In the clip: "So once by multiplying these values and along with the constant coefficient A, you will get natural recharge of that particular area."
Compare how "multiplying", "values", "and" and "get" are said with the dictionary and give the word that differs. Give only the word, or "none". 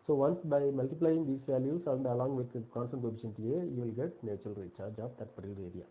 values